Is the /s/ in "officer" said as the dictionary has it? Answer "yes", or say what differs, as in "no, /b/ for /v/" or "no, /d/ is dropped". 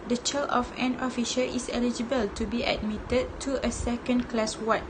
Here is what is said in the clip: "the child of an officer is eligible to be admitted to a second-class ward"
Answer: no, /ʃ/ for /s/